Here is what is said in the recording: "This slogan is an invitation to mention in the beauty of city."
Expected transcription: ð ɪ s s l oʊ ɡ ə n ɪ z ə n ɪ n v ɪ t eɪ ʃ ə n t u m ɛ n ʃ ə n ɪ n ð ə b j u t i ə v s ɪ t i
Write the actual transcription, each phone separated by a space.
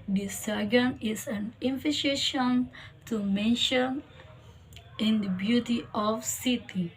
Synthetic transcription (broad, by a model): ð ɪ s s oʊ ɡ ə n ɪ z ə n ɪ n f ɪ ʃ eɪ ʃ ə n t u m ɛ n ʃ ə n ɪ n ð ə b j u t i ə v s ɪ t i